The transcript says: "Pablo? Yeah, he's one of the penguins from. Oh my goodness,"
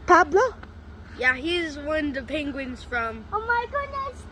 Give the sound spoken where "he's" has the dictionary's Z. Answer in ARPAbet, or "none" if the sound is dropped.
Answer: Z